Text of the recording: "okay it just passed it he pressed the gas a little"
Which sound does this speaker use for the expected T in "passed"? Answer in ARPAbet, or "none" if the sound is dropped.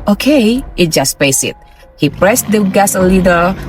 none